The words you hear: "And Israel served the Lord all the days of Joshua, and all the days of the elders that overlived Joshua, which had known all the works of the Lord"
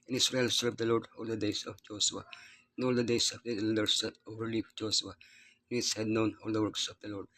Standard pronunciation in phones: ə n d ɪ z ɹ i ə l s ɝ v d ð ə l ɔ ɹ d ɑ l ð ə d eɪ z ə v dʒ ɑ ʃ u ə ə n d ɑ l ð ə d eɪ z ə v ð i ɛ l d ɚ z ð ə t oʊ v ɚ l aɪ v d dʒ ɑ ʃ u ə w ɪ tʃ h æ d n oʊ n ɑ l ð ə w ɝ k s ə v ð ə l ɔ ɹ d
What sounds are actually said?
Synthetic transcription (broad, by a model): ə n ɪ s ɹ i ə l s ɝ v d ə l ɔ ɹ d ɑ l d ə d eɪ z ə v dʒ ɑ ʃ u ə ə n ɑ l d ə d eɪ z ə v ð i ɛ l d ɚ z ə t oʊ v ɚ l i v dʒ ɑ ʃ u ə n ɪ s h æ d n oʊ n ɑ l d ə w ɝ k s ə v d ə l ɔ ɹ d